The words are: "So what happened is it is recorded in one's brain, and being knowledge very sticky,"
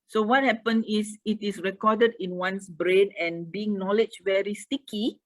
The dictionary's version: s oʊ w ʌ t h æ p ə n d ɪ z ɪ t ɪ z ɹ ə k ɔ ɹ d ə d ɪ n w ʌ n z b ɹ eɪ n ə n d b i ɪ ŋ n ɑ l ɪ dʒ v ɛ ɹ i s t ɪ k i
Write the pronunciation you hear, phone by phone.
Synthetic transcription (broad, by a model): s oʊ w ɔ t h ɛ p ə n ɪ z ɪ t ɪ s ɹ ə k ɔ d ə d ɪ n w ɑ n s b ɹ eɪ n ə n b i ɪ ŋ n ɑ l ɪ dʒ v ɛ ɹ i s t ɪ k i